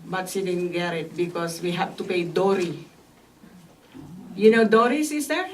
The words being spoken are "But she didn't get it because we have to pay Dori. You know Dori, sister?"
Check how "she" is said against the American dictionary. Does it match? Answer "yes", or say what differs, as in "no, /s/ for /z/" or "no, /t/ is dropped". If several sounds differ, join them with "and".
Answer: no, /s/ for /ʃ/